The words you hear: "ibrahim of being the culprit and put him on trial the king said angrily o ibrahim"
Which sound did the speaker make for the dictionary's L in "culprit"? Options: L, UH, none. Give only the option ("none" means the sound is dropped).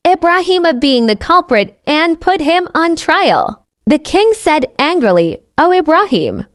L